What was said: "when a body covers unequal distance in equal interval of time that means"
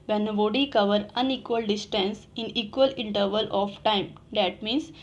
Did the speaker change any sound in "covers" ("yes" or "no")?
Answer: yes